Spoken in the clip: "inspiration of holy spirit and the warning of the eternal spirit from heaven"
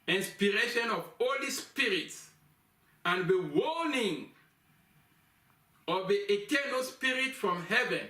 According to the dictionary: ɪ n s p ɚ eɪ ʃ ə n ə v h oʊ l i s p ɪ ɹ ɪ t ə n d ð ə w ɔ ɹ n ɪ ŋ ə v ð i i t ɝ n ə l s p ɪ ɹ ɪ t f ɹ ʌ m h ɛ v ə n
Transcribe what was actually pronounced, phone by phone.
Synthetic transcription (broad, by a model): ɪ n s p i eɪ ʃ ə n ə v h oʊ l i s p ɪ ɹ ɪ t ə n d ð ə w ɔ l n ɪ ŋ ə v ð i i t ɝ n ə l s p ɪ ɹ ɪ t f ɹ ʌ m h ɛ v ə n